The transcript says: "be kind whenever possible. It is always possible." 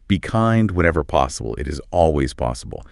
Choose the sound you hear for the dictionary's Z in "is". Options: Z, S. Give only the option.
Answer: Z